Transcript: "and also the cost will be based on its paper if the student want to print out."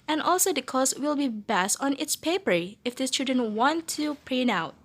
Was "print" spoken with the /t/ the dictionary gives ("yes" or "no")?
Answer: no